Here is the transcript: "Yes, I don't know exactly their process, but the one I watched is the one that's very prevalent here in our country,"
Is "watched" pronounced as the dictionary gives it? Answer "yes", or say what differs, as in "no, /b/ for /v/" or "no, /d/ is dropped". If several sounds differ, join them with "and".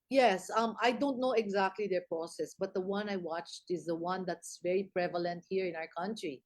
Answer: yes